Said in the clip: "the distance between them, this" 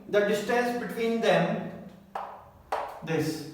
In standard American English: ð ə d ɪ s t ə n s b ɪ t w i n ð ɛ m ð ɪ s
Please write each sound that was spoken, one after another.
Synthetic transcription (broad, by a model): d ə d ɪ s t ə s b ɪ t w i n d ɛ m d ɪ s